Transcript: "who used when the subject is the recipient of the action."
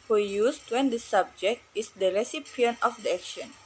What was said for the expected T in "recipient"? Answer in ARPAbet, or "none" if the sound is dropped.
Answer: none